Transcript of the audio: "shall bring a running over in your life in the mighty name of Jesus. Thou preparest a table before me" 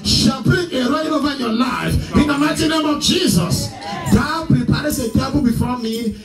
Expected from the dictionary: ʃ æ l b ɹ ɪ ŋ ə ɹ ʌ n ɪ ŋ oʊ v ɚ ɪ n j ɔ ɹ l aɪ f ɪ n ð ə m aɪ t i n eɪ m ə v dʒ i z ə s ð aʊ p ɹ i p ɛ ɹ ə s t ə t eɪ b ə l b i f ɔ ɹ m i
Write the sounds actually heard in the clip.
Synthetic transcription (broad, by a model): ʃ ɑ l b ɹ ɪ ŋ ə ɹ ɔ ɪ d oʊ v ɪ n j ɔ l aɪ f ɪ n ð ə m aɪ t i n eɪ m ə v dʒ i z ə s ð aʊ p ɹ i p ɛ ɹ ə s ə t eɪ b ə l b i f ɔ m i